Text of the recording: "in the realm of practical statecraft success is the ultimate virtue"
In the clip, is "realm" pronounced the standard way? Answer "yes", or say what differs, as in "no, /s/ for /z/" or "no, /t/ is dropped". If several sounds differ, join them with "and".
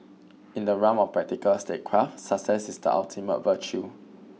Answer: no, /l/ is dropped